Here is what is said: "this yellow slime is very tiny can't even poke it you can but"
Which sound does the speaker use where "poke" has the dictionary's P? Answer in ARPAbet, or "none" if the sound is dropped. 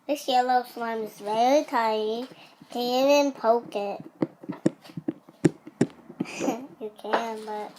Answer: P